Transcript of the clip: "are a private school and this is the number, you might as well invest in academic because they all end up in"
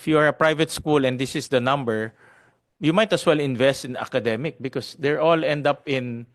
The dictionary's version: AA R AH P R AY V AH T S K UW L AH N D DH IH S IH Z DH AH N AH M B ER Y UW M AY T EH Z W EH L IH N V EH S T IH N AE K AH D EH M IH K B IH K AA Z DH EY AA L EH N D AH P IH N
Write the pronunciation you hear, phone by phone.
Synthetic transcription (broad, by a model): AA R AH P R AY V AH T S K UW L AH N D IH S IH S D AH N AH M B ER Y UW M AY T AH S W EH L IH N V EH S T IH N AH K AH D EH M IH K B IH K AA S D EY AA L EH N D AH P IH N